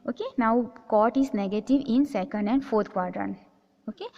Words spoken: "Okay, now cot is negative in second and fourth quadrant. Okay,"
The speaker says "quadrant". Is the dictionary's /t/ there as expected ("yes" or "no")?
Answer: no